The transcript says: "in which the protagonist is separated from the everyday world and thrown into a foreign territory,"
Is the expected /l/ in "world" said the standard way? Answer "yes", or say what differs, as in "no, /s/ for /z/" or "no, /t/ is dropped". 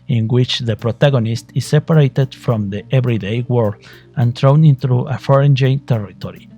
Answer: no, /l/ is dropped